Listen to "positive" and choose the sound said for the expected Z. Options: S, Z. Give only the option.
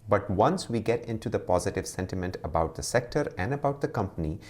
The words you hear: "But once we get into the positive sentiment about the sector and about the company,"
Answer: Z